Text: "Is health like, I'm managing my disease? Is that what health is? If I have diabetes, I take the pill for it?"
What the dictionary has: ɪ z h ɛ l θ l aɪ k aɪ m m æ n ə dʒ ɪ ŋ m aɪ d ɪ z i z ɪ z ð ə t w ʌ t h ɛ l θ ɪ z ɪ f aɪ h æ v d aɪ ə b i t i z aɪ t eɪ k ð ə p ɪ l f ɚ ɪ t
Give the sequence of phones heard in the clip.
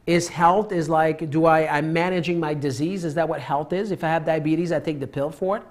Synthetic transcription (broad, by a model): ɪ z h ɛ l θ l aɪ k aɪ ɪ m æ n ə dʒ ɪ ŋ m aɪ d ɪ z i z ɪ z ð ə t w ʌ t h ɛ l θ ɪ z ɪ f aɪ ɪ v d aɪ ə b i t i z aɪ t eɪ k ð ə p ɪ l f ɚ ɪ t